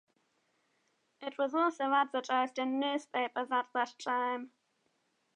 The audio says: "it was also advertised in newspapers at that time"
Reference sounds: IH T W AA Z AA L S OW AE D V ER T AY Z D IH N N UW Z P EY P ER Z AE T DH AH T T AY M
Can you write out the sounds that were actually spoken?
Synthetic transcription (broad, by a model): IH T W AA Z AA L S OW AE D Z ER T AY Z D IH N N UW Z P EY P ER Z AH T DH AH T T AY M